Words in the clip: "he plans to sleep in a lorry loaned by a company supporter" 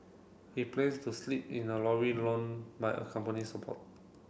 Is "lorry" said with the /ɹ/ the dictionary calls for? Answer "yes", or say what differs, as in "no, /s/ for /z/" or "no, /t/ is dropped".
no, /w/ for /ɹ/